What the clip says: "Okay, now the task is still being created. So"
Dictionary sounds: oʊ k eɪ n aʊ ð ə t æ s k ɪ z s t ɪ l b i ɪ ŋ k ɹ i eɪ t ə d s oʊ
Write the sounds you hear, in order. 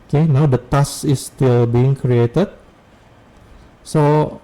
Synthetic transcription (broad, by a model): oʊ k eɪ n aʊ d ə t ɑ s ɪ s t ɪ l b i ɪ ŋ k ɹ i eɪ t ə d s oʊ